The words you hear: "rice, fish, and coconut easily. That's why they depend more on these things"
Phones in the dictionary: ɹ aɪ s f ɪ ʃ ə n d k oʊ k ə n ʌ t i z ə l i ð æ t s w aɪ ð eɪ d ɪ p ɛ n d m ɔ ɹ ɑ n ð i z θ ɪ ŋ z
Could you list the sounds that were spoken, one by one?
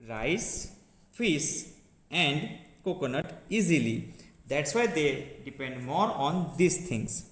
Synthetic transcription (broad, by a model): ɹ aɪ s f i s ə n d k oʊ k ə n ʌ t i z ə l i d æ t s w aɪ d eɪ d ɪ p ɛ n d m ɔ ɹ ɑ n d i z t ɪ ŋ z